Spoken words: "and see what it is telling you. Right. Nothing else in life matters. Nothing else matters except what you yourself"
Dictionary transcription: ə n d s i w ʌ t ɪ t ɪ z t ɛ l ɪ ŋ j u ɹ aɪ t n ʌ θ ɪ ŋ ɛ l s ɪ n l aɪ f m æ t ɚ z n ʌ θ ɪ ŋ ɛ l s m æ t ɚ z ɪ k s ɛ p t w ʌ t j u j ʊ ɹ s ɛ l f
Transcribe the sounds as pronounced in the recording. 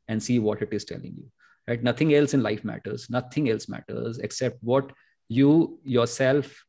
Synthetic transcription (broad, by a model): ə n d s i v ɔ t ɪ t ɪ z t ɛ l ɪ ŋ j u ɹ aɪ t n ʌ t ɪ ŋ ɛ l s ɪ n l aɪ f m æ t ɚ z n ʌ t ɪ ŋ ɛ l s m æ t ɚ z ɪ k s ɛ p t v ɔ t j u j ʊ ɹ s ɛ l f